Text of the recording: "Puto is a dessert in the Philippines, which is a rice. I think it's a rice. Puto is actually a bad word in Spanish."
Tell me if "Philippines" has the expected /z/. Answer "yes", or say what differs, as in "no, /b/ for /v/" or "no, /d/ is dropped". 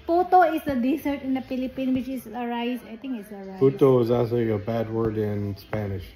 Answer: no, /z/ is dropped